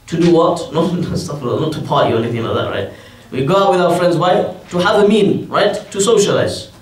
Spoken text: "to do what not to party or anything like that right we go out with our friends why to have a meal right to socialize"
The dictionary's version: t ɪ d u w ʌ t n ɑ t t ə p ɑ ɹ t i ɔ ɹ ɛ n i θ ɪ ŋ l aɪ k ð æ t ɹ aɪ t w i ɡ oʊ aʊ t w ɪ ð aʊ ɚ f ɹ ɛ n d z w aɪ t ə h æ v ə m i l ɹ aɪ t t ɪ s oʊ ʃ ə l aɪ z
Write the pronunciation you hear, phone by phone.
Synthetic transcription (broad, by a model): t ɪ d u w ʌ t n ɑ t t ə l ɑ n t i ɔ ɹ ɛ n i θ ɪ ŋ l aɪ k ð æ t ɹ aɪ t w i ɡ oʊ aʊ t w ɪ ð aʊ ɚ f ɹ ɛ n d z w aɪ t ə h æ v ə m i n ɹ aɪ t t ɪ s oʊ ʃ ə l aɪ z